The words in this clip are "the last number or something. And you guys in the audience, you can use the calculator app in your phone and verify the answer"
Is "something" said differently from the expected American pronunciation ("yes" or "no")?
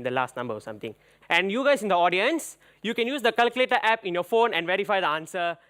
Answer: yes